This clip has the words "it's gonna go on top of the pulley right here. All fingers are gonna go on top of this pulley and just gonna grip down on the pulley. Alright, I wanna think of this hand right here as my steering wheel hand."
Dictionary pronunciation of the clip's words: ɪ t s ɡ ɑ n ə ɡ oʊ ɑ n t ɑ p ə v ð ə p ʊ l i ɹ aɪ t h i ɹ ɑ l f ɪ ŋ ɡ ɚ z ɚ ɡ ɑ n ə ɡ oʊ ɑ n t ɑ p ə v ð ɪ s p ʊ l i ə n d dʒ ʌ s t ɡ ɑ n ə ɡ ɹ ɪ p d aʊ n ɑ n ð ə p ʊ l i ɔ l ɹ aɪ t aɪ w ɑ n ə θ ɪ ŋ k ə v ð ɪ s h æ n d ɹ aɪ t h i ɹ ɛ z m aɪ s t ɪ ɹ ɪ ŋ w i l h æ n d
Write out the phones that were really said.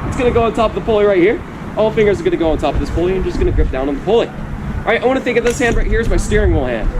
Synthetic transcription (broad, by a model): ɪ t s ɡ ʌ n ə ɡ oʊ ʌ n t ɑ p ə v ð ə p ʊ l i ɹ aɪ t h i ɹ ɑ l f ɪ ŋ ɡ ɚ z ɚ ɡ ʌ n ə ɡ oʊ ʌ n t ɑ p ə v ð ɪ s p ʊ l i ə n dʒ ʌ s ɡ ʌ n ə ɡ ɹ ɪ p d aʊ n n ð ə p ʊ l i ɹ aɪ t aɪ w ɑ n ə θ ɪ ŋ k ə v ð ɪ s h æ n d ɹ aɪ t h i ɹ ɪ z m aɪ s t ɪ ɹ ɪ ŋ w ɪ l h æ n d